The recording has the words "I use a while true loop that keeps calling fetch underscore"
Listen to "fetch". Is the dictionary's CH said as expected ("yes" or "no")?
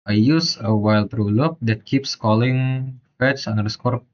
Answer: no